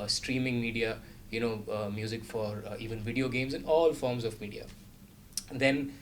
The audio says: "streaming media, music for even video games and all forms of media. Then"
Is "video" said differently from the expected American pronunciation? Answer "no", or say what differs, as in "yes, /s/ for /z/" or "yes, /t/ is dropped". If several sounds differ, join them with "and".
no